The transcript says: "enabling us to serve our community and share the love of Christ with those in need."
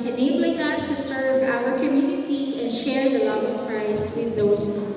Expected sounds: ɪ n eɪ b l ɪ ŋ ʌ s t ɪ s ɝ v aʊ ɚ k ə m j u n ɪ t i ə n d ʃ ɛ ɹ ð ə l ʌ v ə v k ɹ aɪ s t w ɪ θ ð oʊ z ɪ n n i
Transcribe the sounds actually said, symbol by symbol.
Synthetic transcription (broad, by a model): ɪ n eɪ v l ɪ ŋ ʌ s t ɪ s ɝ v aʊ ɚ k ə m j u n ɪ t i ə n ʃ ɛ ɹ ð ə l ʌ v ə v k ɹ aɪ s t w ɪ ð oʊ ɪ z